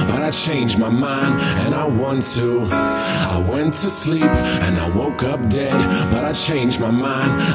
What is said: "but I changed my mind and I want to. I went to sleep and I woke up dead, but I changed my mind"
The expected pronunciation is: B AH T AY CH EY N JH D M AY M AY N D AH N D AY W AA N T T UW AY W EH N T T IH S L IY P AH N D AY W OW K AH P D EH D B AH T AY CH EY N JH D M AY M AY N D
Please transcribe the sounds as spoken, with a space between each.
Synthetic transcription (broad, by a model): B AH T AY CH EY N JH M AY M AY N D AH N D AY W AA N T T UW AY W EH N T T IH S L IY P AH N AY W OW K AH P D EH D B AH T AY CH EY N JH M AY M AY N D